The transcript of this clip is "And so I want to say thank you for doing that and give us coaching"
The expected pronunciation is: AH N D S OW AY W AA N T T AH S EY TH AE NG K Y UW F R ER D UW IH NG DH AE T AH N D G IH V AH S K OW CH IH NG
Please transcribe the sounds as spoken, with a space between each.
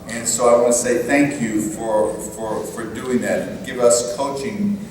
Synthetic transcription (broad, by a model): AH N S OW AY W AA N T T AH S EY TH AE NG K Y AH F R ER D UW IH NG DH AE T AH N G IH V AH S K OW CH IH NG